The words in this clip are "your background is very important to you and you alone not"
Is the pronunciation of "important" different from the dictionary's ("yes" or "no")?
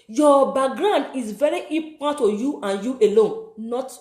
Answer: yes